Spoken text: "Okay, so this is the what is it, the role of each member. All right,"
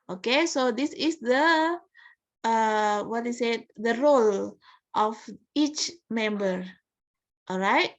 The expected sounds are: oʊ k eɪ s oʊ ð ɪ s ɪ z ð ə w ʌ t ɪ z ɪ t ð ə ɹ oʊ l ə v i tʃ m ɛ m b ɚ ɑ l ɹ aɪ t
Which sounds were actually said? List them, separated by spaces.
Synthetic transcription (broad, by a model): oʊ k eɪ s oʊ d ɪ s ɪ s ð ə w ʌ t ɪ s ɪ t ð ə ɹ oʊ l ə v i tʃ m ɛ m b ɚ ɑ l ɹ aɪ t